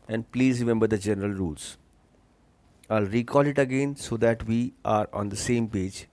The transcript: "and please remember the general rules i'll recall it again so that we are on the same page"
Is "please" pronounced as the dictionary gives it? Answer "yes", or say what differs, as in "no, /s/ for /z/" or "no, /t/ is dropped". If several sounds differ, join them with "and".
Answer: yes